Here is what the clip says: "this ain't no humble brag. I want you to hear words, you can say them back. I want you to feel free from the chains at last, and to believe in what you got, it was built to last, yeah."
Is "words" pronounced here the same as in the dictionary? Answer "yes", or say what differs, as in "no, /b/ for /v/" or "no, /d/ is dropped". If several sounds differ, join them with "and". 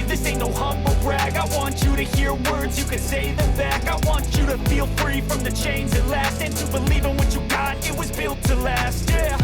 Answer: yes